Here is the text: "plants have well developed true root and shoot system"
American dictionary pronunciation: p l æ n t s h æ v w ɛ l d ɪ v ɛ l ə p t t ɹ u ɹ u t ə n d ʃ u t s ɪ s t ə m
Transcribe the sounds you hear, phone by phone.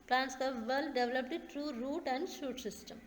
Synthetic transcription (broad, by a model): p l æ n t s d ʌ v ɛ l d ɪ v l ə p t t ɹ u ɹ u t ə n d ʃ u t s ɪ s t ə m